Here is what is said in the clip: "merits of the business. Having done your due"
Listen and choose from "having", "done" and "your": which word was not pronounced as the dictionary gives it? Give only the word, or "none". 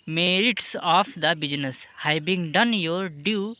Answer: having